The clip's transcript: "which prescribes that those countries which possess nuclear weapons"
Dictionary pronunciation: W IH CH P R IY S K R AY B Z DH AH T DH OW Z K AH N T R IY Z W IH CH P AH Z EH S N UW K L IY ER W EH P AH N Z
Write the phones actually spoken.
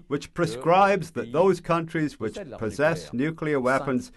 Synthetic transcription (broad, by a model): W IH CH P R IY S K R AY B Z DH AH T DH OW Z K AH N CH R IY Z W IH CH P AH Z EH S N UW K L IY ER W EH P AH N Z